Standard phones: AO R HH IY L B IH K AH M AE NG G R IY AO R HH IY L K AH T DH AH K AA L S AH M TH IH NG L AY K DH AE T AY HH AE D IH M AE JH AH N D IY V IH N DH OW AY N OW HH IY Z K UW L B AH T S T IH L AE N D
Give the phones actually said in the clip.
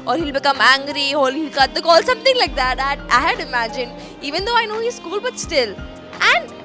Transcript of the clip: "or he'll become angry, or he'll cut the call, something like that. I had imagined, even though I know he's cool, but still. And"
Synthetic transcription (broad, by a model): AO R HH IY L B IH K AH M AE NG G R IY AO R HH IY L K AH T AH K AA L S AH M T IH NG L AY K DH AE T AY HH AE D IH M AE JH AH N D IY V IH N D OW AY N OW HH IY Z K UW L B AH T S T IH L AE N D